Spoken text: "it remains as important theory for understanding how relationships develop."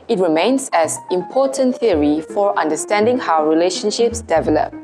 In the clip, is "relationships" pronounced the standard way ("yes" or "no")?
yes